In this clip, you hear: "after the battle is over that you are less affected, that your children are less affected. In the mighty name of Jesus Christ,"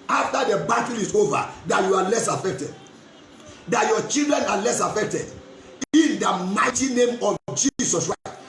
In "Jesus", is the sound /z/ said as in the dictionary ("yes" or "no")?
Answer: no